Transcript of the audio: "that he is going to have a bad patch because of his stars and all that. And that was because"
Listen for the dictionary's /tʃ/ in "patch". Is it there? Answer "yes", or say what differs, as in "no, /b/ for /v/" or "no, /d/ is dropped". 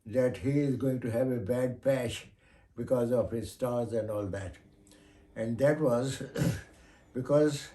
no, /ʃ/ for /tʃ/